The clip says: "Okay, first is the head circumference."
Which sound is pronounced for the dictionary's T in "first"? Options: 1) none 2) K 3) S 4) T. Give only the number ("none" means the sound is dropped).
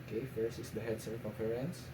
1